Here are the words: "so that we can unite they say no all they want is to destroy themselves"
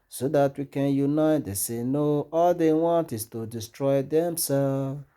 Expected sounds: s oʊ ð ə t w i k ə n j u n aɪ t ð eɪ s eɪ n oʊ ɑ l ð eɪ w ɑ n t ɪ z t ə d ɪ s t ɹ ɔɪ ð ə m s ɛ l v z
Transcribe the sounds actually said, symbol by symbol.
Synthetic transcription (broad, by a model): s oʊ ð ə t w i k ə n j u n aɪ t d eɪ s eɪ n oʊ ɑ l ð eɪ w ɑ n t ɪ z t ə d ɪ s t ɹ ɔɪ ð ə m s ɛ l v